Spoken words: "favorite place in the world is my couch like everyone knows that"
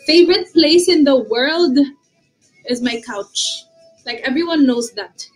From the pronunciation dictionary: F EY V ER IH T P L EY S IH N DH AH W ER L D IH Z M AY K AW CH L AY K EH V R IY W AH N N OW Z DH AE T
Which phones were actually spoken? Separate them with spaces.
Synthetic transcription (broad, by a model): F EY V ER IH T P L EY S IH N DH AH W ER L D IH Z M AY K AW CH L AY K EH V R IY W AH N N OW Z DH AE T